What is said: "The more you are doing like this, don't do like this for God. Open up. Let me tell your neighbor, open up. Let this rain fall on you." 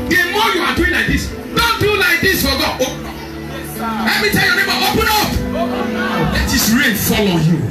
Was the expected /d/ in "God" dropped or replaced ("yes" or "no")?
yes